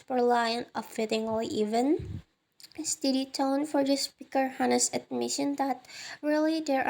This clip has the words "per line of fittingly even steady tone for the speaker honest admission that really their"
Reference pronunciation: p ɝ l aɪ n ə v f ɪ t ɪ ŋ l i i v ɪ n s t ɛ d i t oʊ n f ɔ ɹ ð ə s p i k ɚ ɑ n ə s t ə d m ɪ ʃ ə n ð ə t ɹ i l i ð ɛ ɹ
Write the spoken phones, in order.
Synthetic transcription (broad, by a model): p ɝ l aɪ n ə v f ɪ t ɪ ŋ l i i v ɪ n s t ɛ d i t oʊ n f ɔ ɹ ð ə s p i k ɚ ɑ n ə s ə d m ɪ ʃ ə n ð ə t ɹ i l i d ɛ ɹ